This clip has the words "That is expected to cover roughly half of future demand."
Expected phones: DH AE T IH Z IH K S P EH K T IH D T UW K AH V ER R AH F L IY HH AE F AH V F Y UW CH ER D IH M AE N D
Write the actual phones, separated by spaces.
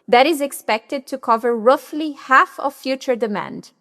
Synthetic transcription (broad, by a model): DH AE T IH Z IH K S P EH K T IH D T UW K AH V ER R AH F L IY HH AE F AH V F Y UW CH ER D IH M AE N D